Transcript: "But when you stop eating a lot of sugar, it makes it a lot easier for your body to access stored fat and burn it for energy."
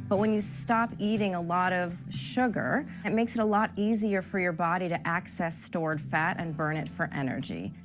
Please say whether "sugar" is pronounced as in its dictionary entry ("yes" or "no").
yes